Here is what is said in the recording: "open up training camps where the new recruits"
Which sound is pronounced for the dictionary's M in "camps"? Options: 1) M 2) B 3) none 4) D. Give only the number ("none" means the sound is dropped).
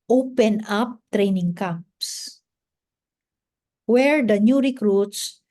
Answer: 3